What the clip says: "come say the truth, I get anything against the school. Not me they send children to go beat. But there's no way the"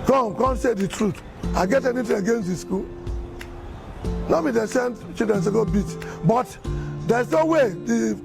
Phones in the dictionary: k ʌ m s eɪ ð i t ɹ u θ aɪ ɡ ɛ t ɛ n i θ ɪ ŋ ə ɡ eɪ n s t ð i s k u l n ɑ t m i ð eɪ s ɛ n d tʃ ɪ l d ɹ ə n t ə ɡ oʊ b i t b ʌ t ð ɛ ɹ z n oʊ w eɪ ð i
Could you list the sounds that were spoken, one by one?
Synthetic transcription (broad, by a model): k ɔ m s eɪ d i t ɹ u t aɪ ɡ ɛ t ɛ n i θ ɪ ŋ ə ɡ eɪ n s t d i s k u l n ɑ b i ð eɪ s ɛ n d tʃ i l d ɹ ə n s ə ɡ oʊ b i t b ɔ t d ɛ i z n oʊ w eɪ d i